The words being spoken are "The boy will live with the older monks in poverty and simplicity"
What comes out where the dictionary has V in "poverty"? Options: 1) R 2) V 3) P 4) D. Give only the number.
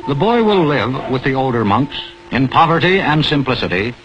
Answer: 2